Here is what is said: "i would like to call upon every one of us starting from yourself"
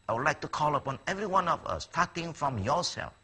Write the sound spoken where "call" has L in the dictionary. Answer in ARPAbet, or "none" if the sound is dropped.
L